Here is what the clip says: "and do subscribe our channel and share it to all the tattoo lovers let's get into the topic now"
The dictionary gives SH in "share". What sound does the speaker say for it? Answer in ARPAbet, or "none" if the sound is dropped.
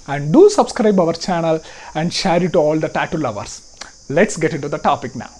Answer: SH